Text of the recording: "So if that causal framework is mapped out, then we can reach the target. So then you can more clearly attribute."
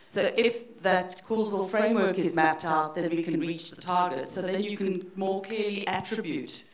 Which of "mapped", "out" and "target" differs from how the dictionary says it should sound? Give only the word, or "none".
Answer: none